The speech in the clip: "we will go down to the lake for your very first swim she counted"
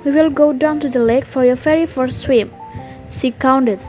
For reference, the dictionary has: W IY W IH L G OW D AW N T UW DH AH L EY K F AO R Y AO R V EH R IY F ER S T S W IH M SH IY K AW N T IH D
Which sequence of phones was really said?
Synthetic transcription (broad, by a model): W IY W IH L G OW D AW N T UW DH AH L EY K F AO R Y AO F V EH R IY F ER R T S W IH M S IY K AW N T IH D